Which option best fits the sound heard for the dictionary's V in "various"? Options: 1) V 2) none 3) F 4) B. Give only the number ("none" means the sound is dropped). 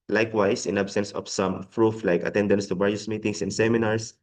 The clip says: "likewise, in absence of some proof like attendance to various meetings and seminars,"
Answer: 4